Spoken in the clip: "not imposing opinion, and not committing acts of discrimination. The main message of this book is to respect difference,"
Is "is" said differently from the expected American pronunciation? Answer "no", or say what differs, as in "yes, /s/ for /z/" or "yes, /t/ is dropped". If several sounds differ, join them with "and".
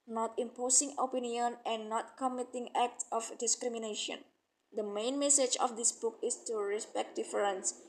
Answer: yes, /s/ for /z/